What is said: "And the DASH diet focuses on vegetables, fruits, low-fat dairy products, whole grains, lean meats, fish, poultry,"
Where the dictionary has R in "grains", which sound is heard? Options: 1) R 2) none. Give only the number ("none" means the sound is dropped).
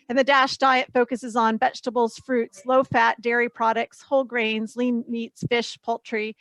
1